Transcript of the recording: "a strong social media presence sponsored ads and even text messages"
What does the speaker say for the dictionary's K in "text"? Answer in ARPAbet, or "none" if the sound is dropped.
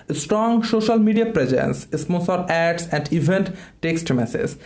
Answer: K